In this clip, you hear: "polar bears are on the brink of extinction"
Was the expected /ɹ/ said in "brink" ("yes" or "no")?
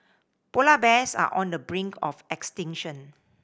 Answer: yes